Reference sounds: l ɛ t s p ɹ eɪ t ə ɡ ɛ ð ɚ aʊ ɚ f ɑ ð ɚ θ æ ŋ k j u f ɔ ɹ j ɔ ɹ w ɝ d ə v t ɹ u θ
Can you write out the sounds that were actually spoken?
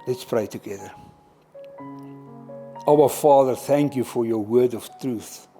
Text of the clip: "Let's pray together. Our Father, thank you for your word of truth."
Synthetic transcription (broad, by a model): l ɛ t s p ɹ eɪ t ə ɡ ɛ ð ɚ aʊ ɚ f ɑ ð ɚ θ æ ŋ k j u f ɔ ɹ j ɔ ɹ w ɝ d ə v t ɹ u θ